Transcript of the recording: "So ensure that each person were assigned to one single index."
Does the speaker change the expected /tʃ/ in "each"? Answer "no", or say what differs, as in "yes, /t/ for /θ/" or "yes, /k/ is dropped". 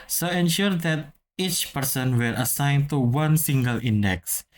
no